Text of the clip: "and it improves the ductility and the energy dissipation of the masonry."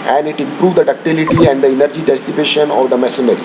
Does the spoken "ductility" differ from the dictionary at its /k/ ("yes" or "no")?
no